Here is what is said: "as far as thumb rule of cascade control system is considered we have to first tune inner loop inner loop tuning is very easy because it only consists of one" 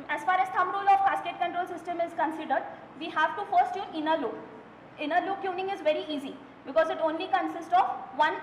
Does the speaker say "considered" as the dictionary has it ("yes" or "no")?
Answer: yes